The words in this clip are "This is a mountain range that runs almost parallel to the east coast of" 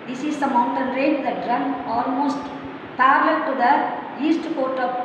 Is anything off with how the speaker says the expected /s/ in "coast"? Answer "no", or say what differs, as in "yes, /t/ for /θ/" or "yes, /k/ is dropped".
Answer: yes, /s/ is dropped